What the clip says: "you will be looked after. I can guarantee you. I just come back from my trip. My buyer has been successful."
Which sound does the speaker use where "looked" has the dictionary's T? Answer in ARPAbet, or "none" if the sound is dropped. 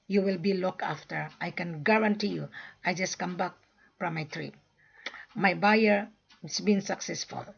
none